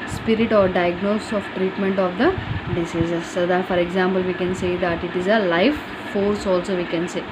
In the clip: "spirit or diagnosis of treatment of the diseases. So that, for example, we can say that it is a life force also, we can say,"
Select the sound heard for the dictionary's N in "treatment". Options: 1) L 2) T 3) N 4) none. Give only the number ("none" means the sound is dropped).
3